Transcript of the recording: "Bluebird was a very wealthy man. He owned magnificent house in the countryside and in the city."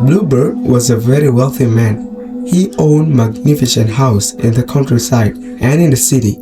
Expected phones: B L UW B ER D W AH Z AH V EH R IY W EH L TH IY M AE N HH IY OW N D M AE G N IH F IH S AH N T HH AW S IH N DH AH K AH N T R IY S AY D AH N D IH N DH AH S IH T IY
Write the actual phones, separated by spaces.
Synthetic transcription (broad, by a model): B L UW B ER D W AH Z AH V EH R IY W EH L TH IY M AE N HH IY OW N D M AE G N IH F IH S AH N T HH AW S IH N DH AH K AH N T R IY S AY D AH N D IH N DH AH S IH T IY